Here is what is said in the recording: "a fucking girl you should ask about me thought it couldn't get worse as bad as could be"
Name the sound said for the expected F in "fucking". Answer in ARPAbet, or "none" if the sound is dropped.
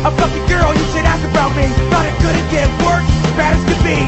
P